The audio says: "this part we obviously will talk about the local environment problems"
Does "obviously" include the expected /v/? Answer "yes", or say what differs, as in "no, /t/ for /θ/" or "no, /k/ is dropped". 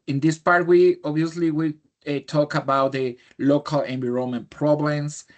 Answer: no, /v/ is dropped